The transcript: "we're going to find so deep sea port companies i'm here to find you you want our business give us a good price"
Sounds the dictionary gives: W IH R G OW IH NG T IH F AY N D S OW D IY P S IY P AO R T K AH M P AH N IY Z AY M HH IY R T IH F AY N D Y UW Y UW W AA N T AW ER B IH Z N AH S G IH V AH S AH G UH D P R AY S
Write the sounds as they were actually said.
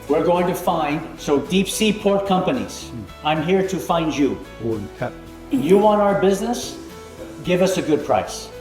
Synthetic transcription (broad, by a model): W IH R G OW IH NG T IH F AY N D S OW D IY P S IY P AO R T K AH M P AH N IY Z AY M HH IY R T IH F AY N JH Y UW Y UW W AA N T AW ER B IH Z N AH S G IH V AH S AH G UH D P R AY S